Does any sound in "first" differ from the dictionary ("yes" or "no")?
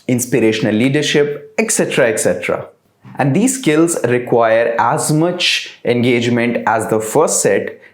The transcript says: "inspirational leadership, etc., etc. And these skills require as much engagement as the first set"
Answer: no